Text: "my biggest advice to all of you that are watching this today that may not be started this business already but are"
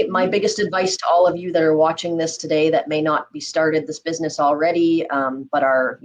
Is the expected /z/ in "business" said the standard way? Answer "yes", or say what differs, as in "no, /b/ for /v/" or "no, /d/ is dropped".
yes